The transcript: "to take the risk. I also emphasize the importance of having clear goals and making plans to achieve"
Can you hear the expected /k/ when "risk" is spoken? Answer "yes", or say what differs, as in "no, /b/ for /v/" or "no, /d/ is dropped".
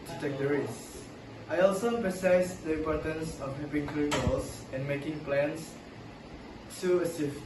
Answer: no, /k/ is dropped